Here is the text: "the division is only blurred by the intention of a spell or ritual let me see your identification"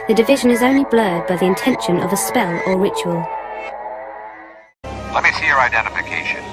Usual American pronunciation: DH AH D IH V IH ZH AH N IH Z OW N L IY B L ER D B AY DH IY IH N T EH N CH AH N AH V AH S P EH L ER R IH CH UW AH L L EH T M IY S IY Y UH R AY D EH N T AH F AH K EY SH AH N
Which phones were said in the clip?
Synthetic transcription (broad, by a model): DH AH D IH V IH ZH AH N IH Z OW N L IY B L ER D B AY DH IY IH N T EH N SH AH N AH V AH S P EH L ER R IH CH UW AH L L EH T M IY S IY Y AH R AY D EH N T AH F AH K EY SH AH N